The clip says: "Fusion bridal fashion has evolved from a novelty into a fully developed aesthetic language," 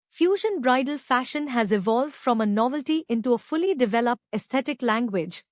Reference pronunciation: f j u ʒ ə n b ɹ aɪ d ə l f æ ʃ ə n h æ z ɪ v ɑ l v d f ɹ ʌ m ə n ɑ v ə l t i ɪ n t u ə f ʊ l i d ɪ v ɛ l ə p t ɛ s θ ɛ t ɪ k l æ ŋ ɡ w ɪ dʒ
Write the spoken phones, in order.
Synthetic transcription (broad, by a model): f j u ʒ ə n b ɹ aɪ d ə l f æ ʃ ə n h æ z ɪ v ɑ l v d f ɹ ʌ m ə n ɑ v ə l t i ɪ n t u ə f ʊ l i d ɪ v ɛ l ə p t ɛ s t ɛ t ɪ k l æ ŋ ɡ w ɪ dʒ